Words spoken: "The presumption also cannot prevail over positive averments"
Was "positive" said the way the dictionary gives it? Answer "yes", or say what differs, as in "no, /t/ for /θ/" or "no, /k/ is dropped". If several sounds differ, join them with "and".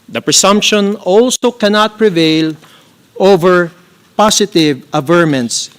no, /s/ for /z/